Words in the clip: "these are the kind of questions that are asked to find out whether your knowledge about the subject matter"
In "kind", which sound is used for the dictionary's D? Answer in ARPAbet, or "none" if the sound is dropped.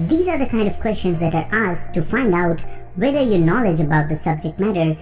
D